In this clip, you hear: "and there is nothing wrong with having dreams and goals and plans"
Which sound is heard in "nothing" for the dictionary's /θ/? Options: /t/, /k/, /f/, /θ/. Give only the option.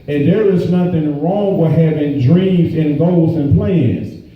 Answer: /θ/